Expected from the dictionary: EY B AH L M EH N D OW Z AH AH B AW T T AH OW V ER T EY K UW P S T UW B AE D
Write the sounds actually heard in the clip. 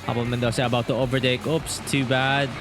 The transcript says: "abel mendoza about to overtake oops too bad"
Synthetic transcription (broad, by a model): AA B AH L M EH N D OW S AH AH B AW T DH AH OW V ER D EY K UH P S T UW B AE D